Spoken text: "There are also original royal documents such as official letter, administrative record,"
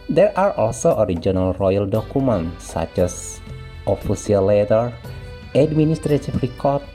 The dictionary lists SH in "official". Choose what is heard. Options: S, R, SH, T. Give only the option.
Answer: S